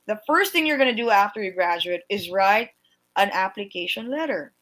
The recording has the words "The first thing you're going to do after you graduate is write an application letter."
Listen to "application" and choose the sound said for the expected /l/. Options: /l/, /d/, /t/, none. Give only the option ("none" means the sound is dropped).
/l/